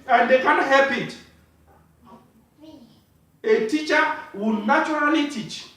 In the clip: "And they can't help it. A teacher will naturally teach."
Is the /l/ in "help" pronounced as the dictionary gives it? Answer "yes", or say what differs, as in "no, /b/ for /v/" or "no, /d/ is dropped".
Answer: no, /l/ is dropped